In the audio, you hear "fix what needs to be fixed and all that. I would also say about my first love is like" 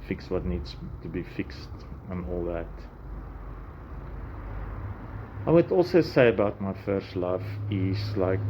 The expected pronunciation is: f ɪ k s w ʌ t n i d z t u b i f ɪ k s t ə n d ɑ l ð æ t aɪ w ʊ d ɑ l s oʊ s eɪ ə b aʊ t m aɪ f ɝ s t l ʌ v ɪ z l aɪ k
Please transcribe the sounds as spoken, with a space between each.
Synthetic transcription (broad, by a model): f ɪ k s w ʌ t n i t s t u b i f ɪ k s t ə n ɑ l ð æ t aɪ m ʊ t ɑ l s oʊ s eɪ ə b aʊ t m aɪ f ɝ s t l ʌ f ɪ s l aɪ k